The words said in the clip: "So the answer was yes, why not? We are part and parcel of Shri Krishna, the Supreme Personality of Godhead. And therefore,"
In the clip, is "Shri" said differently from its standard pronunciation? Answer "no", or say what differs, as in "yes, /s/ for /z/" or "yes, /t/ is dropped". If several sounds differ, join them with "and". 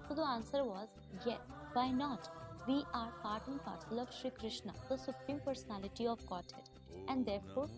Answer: no